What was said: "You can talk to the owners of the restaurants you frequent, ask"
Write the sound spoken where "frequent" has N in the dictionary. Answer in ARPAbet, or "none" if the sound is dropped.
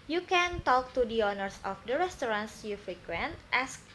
N